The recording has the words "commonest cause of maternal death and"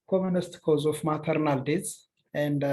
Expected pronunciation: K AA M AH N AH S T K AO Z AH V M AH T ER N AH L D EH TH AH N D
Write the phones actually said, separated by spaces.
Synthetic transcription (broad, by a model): K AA M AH N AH S T K AO Z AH F M AH T ER N AH L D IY S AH N D